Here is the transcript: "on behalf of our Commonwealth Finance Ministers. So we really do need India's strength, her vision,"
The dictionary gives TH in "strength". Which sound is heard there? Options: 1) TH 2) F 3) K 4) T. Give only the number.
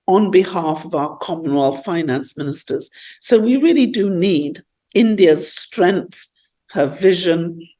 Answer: 1